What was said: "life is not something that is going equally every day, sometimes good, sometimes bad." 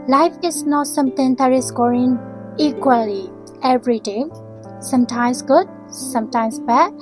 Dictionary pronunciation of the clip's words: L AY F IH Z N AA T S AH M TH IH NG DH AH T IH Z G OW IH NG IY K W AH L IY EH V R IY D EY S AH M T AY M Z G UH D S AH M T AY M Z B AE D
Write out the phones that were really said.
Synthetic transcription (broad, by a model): L AY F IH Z N AA T S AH M T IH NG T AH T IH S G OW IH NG IY K W AH L IY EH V R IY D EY S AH M T AY M S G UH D S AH M T AY M S B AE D